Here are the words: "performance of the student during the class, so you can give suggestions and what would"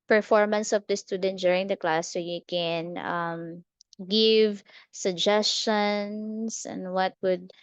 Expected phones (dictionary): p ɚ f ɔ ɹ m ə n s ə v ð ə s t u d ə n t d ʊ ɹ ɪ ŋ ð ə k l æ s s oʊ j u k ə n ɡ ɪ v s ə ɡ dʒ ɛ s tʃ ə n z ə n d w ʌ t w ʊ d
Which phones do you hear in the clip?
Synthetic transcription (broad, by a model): p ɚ f ɔ ɹ m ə n s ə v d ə s t u d ə n t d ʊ ɹ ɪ ŋ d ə k l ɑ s s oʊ j u k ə n ɡ ɪ v s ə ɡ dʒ ɛ s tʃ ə n s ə n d w ʌ t w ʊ d